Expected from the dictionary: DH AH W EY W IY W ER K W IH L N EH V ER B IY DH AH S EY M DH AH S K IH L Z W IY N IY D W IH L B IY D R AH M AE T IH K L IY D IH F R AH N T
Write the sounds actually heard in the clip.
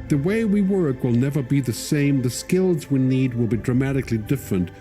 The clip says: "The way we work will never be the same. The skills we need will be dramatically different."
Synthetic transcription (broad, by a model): DH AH W EY W IY W ER K W IH L N EH V ER B IY DH AH S EY M DH AH S K IH L Z W IY N IY D W IH L B IY D R AH M AE T IH K L IY D IH F R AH N T